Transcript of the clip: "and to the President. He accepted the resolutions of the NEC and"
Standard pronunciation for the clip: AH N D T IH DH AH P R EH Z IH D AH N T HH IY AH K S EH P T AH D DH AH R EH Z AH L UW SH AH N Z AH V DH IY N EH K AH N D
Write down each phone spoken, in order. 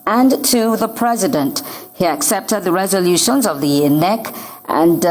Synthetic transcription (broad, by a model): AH N T IH DH AH P R EH Z IH D AH N T HH IY AH K S EH P T AH D DH AH R EH Z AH L UW SH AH N Z AH V DH IY N EH K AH N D